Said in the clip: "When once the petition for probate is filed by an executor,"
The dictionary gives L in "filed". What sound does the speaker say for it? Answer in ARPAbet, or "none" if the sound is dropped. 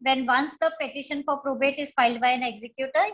L